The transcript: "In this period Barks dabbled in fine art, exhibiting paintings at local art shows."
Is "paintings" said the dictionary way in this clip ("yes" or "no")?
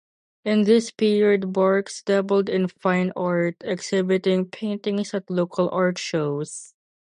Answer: no